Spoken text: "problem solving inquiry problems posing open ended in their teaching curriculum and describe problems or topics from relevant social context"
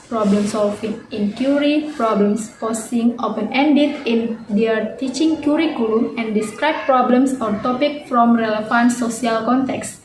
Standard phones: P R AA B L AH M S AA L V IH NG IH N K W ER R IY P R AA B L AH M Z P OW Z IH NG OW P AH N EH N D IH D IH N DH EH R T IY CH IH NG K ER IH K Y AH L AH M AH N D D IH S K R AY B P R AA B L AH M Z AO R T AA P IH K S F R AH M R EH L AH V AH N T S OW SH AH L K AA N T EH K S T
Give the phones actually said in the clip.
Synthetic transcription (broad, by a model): P R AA B L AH M S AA L F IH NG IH N K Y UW R IY P R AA B L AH M S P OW S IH NG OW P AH N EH N D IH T IH N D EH R T IY CH IH NG K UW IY K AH L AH M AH N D D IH S K R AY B P R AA B L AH M S AO R T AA P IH K F R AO M R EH L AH F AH N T S OW S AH L K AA N T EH K S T